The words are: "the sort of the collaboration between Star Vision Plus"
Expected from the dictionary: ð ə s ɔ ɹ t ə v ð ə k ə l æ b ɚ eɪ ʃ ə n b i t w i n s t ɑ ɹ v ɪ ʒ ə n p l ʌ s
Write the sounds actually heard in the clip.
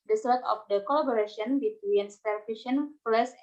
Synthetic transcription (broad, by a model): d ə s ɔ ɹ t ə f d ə k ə l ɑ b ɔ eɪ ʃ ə n b i t w i n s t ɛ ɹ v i ʃ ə n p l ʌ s